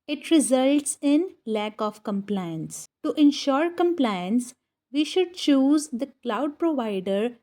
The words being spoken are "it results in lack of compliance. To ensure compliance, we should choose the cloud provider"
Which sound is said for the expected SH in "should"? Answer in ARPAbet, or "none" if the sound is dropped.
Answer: SH